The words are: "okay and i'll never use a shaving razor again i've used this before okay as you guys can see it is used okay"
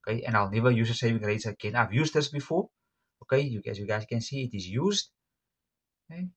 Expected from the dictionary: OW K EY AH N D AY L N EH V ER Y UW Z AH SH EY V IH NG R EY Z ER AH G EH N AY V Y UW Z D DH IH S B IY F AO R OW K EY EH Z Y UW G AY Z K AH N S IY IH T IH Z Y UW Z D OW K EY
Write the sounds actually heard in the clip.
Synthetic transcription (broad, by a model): K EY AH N AY L N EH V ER Y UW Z AH S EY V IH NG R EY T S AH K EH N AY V Y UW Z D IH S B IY F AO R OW K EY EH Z Y UW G AY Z K AH N S IY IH T IH Z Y UW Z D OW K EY